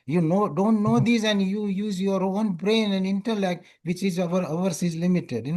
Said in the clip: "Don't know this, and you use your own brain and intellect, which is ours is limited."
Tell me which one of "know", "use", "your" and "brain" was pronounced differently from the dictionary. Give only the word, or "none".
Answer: none